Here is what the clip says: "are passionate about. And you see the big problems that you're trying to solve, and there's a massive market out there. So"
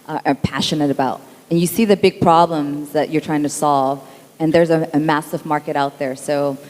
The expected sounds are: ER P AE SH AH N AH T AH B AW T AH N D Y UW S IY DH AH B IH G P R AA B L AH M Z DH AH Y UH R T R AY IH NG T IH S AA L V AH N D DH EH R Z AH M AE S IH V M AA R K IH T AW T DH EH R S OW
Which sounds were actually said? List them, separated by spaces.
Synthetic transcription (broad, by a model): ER P AE SH AH N AH T AH B AW T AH N Y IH S IY DH AH B IH G P R AA B L AH M Z DH AH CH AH R T R AY IH NG T IH S AA L V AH N DH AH R Z AH M AE S IH V M AA R K IH T AW T DH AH R S OW